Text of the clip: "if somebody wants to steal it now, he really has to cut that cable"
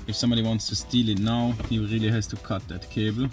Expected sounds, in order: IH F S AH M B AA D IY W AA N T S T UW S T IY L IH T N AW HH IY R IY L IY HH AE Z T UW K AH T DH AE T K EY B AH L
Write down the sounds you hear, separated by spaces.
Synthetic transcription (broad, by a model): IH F S AH M B AA D IY W AA N T S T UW S T IY L IH T N AW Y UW R IY L IY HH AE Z T UW K AH T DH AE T K EY B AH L